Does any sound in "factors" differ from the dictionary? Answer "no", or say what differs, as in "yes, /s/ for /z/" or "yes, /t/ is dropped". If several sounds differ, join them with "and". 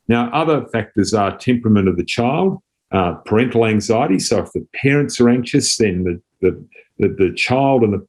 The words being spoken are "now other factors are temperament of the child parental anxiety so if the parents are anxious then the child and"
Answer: no